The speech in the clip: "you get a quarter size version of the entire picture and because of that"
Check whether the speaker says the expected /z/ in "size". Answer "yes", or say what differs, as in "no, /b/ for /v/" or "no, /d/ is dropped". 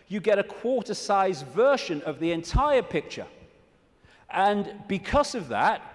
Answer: yes